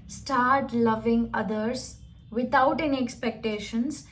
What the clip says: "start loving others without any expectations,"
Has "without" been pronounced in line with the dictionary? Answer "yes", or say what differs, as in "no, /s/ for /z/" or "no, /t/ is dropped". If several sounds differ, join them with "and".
no, /t/ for /θ/